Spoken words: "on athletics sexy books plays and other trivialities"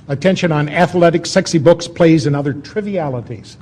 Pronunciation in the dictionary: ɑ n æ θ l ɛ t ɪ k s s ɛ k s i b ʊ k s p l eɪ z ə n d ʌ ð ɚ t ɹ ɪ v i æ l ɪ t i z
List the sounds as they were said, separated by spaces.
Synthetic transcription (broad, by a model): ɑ n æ θ l ɛ t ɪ k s s ɛ k s i b ʊ k s p l eɪ z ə n ʌ ð ɚ t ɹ ɪ v i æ l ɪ t i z